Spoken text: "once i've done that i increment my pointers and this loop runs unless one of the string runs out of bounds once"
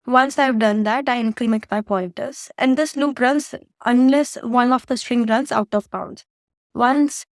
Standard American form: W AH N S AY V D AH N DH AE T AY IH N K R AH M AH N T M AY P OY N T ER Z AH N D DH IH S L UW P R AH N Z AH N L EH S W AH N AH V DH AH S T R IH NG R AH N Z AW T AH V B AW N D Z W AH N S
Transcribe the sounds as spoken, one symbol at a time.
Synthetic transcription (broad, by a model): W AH N S AY V D AH N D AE T AY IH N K L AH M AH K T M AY P OY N T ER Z AH N D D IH S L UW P R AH N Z AH N L EH S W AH N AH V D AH S T R IH NG R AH N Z AW T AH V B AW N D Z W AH N S